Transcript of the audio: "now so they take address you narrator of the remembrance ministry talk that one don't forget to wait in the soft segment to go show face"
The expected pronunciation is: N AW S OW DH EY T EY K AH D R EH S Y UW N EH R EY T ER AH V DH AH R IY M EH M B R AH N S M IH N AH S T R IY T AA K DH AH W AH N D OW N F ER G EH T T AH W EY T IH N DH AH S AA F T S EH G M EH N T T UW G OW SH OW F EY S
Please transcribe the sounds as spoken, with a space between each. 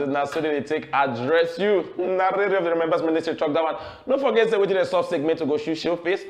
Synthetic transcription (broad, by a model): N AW S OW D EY T EY K AH D R EH S Y UW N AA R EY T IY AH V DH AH R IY M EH M B AH S M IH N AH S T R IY T AA K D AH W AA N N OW F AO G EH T S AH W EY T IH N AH S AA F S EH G M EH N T T UW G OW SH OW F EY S